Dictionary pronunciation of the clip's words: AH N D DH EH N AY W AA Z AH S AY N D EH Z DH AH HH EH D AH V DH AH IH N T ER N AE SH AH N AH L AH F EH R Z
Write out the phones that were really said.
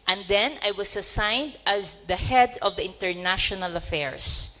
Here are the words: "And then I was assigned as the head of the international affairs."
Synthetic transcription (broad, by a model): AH N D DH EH N AY W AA S AH S AY N D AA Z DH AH HH EH D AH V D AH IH N T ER N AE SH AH N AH L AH F EH R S